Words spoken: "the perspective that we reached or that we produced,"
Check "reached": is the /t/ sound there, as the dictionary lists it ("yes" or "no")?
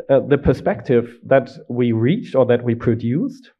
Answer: yes